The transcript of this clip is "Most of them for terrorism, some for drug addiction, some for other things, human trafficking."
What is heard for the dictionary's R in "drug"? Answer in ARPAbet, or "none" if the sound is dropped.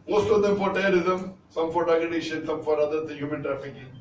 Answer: none